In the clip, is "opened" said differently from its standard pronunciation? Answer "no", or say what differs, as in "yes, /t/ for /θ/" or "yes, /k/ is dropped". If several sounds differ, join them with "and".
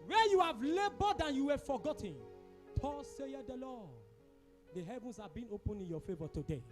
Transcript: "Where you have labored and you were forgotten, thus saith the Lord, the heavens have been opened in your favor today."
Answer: yes, /d/ is dropped